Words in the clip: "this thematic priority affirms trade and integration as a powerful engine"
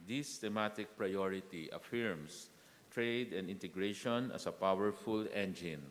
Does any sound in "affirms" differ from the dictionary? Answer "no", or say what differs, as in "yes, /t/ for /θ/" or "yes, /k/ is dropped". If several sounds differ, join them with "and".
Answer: yes, /s/ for /z/